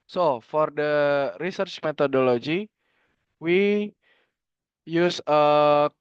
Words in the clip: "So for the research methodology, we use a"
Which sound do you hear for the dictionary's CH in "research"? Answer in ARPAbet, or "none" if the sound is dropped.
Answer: CH